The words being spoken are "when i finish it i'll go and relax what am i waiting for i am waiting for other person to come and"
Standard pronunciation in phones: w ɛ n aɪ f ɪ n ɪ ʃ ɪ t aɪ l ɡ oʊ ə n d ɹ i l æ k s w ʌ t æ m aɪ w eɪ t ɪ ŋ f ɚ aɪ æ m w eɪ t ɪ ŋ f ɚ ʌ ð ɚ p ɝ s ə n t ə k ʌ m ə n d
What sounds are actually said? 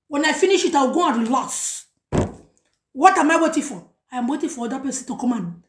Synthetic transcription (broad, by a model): w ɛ n aɪ f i n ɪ ʃ ɪ t aɪ w ɡ oʊ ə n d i l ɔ s w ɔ t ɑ m aɪ w eɪ t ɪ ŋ f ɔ aɪ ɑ m w eɪ t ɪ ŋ f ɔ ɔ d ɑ p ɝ s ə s t ə k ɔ m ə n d